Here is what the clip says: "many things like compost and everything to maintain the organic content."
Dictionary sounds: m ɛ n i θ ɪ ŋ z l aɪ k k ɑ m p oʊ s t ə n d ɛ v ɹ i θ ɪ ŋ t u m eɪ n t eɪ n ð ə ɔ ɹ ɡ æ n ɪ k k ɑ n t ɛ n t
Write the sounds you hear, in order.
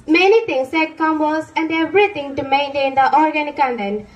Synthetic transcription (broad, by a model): m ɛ n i t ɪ ŋ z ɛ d k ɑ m b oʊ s ə n d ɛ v ɹ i t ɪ ŋ t u m eɪ n t eɪ n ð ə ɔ ɹ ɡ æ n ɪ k k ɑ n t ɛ n